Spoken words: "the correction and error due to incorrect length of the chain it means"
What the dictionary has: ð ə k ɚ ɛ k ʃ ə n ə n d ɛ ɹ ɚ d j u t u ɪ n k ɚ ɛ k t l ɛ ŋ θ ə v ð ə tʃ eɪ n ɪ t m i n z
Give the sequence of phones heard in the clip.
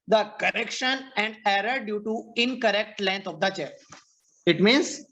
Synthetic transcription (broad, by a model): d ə k ɚ ɛ k ʃ ə n ə n d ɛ ɹ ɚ d j u t u ɪ n k ɚ ɛ k t l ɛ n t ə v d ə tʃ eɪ ɪ t m i n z